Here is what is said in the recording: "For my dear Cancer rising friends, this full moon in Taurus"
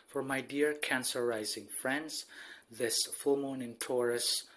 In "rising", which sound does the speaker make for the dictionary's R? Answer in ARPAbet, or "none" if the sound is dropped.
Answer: R